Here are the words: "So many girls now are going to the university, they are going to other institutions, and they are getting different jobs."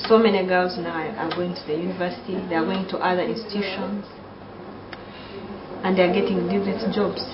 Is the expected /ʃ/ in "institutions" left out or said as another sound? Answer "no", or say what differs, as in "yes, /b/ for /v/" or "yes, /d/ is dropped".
no